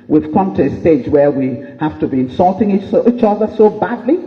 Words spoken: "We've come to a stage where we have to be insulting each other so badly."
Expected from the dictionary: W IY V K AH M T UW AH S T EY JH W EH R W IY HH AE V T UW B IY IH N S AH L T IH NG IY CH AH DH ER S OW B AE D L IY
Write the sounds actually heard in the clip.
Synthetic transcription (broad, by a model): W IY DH K AH M T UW AH S T EY JH W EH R W IY HH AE F T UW B IY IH N S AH L T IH NG IY CH AH DH ER S OW B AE D L IY